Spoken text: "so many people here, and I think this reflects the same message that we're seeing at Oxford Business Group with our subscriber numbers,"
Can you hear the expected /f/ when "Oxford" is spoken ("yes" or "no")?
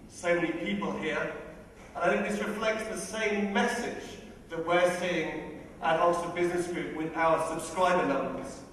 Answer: no